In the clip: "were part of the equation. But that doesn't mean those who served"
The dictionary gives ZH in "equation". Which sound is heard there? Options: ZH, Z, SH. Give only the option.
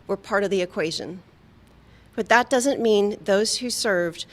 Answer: ZH